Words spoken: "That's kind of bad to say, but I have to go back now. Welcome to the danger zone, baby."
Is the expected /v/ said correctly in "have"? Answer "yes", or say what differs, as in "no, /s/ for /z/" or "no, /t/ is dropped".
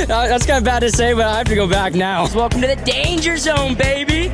no, /f/ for /v/